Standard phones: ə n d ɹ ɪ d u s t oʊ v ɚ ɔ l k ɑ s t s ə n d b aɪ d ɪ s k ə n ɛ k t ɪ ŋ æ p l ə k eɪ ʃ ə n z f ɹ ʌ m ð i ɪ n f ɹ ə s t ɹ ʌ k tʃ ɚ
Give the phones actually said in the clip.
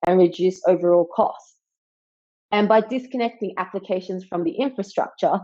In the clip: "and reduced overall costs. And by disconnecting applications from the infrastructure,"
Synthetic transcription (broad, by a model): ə n ɹ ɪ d u s oʊ v ɚ ɔ l k ɑ s t s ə n b aɪ d ɪ s k ə n ɛ k t ɪ ŋ æ p l ə k eɪ ʃ ə n z f ɹ ʌ m ð i ɪ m f ɹ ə s t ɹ ʌ k tʃ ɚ